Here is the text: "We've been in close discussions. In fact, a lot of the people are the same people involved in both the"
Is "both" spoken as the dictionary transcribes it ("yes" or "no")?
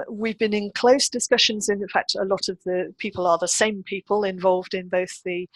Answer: yes